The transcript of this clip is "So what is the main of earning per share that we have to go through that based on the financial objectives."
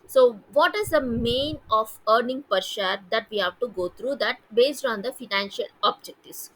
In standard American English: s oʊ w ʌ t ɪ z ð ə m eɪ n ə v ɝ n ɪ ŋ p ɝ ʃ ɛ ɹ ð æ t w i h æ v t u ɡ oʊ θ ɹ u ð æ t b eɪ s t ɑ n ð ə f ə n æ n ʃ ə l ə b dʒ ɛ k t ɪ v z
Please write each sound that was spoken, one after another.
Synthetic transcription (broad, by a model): s oʊ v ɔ t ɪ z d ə m eɪ n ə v ɝ n ɪ ŋ p ɝ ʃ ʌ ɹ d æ t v i h æ v t u ɡ oʊ t ɹ u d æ t b eɪ s t ɑ n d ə f ə n æ n ʃ ə l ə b dʒ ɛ k t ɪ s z